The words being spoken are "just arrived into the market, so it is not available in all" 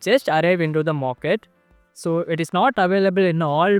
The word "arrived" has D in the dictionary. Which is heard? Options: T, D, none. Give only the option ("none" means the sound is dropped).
none